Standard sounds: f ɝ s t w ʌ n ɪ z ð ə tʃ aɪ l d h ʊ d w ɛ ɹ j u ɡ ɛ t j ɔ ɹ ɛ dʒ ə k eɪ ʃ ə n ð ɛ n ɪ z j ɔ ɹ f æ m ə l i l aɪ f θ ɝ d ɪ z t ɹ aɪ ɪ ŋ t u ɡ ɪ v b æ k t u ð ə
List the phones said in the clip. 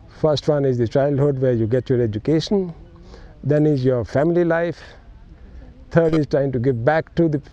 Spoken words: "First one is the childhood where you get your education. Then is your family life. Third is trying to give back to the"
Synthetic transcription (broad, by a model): f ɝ s t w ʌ n ɪ z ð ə tʃ aɪ l d h ʊ d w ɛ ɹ j u ɡ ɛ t j ɔ ɹ ɛ dʒ ə k eɪ ʃ ə n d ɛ n ɪ z j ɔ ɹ f æ m ə l i l aɪ f t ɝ d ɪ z t ɹ aɪ ɪ ŋ t u ɡ ɪ v b æ k t u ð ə